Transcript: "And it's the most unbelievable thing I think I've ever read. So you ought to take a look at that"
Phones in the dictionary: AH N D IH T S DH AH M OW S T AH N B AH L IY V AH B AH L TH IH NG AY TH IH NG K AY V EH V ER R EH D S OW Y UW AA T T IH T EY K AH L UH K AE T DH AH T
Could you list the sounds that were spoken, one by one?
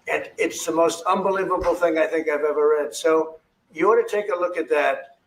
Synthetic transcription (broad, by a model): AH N IH T S DH AH M OW S T AH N B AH L IY V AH B L TH IH NG AY TH IH NG K AY V EH V ER R EH D S OW Y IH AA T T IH T EY K AH L UH K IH T DH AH T